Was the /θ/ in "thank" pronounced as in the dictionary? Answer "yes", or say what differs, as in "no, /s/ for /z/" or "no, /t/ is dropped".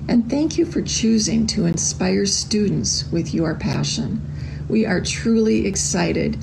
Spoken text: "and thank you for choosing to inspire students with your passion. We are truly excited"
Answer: yes